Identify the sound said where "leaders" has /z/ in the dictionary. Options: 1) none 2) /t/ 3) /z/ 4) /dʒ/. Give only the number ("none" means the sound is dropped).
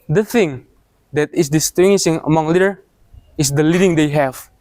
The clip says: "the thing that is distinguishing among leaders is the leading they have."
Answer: 1